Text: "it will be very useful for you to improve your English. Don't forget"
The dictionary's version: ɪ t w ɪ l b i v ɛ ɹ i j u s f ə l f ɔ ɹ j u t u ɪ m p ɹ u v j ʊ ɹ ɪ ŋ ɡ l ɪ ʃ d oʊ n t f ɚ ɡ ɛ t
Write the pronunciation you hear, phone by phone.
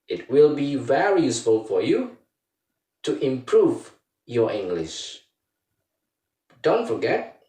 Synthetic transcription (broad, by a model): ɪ t w ɪ l b i v ɛ ɹ i j u s f ə l f ɔ ɹ j u t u ɪ m p ɹ u v j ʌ ɹ ɪ ŋ ɡ l ɪ ʃ d oʊ n t f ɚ ɡ ɛ t